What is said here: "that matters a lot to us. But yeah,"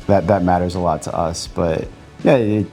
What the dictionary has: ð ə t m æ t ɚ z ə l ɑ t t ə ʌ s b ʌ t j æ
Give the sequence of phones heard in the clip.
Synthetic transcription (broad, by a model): ð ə t m æ t ɚ z ə l ɑ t t ə ʌ s b ʌ t j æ